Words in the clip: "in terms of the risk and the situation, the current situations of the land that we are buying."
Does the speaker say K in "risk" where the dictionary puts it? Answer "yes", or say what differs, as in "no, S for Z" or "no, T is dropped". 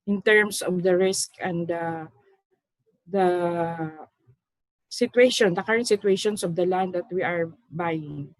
yes